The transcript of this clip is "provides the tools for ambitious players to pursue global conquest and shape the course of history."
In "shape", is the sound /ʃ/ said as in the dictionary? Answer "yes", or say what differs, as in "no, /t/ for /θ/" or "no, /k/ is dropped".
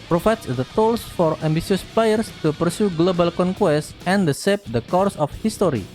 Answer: no, /s/ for /ʃ/